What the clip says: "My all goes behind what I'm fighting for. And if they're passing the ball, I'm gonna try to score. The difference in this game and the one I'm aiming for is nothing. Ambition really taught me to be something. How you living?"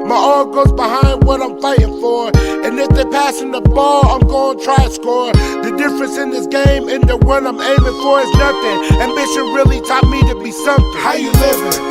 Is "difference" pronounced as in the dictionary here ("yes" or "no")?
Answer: yes